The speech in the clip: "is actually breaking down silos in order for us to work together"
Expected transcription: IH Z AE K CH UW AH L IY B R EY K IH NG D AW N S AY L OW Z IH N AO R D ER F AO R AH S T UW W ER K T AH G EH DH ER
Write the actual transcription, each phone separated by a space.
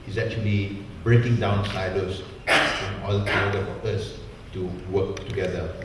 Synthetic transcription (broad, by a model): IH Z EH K CH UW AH L IY B R EY K IH NG D AW N S AY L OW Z IH N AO L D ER F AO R AH S T UW W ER K T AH G EH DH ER